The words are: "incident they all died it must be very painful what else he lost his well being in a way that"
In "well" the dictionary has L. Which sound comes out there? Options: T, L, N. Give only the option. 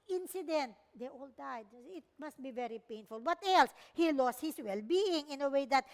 L